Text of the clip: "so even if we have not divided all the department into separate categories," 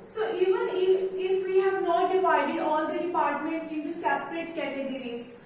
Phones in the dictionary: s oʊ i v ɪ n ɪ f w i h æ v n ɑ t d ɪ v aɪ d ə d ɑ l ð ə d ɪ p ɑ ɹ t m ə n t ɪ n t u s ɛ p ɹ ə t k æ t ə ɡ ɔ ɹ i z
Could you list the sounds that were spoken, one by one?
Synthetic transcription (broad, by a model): s oʊ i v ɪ n ɪ f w i h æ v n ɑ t d ɪ v aɪ d ə d ɑ l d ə d ɪ p ɑ ɹ t m ə n t ɪ n t u s ɛ p ɹ ə t k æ t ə ɡ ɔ ɹ i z